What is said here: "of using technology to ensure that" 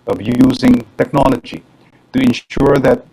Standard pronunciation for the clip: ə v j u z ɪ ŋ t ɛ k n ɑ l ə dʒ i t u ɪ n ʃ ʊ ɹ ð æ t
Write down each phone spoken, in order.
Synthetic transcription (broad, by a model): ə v j u z ɪ ŋ t ɛ k n ɑ l ə dʒ i t u ɪ n ʃ ʊ ɹ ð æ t